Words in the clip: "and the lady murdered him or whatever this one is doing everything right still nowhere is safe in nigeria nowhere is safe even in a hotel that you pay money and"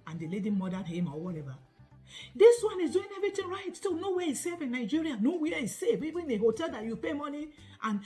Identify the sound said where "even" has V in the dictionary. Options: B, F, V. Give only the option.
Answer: B